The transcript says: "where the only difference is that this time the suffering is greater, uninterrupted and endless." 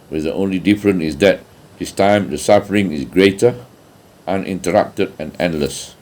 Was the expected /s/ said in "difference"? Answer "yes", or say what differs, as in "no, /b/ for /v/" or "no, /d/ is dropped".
no, /s/ is dropped